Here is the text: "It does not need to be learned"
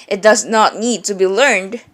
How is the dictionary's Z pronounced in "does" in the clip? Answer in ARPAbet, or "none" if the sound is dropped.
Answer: Z